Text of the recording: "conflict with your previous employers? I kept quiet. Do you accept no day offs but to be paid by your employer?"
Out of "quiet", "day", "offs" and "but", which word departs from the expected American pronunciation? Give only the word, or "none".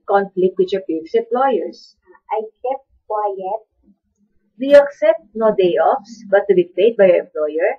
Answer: none